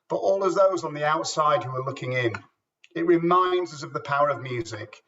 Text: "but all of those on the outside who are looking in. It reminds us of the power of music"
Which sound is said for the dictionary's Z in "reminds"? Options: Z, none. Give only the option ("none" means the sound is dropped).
Z